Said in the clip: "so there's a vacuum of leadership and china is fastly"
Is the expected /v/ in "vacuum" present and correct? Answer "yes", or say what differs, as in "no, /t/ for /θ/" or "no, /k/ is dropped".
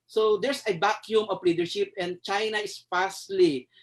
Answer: no, /b/ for /v/